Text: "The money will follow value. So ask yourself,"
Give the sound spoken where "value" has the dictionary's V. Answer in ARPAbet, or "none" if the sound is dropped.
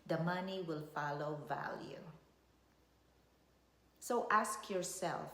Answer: V